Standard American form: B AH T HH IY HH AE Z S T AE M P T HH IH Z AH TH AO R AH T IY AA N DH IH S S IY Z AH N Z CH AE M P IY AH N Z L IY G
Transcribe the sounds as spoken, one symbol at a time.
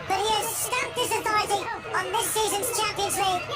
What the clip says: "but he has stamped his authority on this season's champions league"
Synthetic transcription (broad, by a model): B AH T HH IY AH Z S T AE P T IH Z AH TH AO AH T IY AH N DH IH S S IY Z AH N Z CH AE M P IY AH N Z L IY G